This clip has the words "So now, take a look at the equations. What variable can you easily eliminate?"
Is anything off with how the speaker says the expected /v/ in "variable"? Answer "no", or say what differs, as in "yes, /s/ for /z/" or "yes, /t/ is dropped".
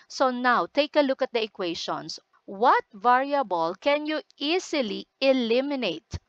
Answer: no